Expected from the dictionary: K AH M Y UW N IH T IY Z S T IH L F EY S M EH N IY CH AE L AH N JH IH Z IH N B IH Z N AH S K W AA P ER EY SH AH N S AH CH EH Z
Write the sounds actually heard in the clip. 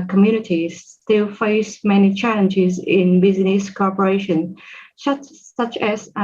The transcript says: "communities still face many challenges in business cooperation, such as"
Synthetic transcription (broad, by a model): K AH M Y UW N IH T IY S T IH L F EY S M EH N IY CH AE L AH N JH IH Z IH N B IH Z N AH S K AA P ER EY SH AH N S AH CH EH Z